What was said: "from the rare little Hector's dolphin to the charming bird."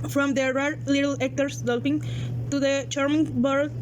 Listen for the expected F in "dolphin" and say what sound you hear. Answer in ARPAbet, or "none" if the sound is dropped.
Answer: P